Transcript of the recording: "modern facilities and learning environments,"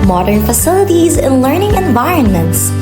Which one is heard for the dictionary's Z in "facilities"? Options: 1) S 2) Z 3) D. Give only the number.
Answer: 2